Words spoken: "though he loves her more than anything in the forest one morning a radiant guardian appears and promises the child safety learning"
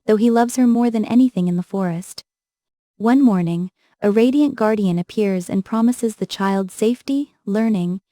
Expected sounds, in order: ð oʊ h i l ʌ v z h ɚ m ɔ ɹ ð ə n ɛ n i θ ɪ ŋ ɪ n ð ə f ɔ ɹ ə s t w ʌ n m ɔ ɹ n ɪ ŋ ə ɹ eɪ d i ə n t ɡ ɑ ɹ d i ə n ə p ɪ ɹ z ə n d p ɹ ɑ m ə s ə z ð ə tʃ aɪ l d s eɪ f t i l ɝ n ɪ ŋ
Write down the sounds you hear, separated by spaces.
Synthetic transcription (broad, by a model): ð oʊ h i l ʌ v z h ɚ m ɔ ɹ ð ə n ɛ n i θ ɪ ŋ ɪ n ð ə f ɔ ɹ ə s t w ʌ n m ɔ ɹ n ɪ ŋ ə ɹ eɪ d i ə n ɡ ɑ ɹ d i ə n ə p ɪ ɹ z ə n p ɹ ɑ m ə s ə z ð ə tʃ aɪ l d s eɪ f t i l ɝ n ɪ ŋ